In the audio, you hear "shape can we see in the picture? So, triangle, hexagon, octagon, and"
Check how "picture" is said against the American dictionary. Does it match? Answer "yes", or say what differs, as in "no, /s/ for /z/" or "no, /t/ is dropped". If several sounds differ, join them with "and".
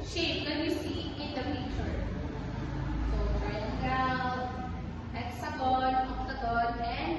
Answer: no, /k/ is dropped